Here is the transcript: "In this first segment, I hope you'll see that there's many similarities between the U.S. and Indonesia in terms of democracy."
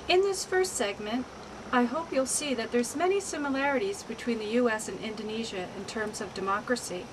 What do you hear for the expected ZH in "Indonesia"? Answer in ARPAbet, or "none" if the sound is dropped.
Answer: ZH